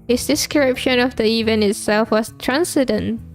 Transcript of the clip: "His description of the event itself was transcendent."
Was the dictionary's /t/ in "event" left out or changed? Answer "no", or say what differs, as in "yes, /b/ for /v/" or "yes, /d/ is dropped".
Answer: yes, /t/ is dropped